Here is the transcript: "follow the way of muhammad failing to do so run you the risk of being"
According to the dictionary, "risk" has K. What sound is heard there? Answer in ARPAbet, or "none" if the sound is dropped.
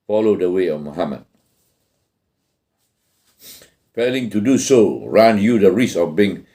none